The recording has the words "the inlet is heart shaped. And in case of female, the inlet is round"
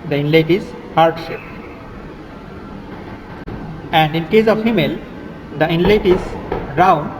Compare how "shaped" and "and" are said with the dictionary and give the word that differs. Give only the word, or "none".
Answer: shaped